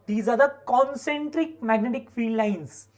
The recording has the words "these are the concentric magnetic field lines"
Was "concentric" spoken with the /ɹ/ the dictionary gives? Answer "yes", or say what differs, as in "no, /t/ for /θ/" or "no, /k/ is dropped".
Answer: yes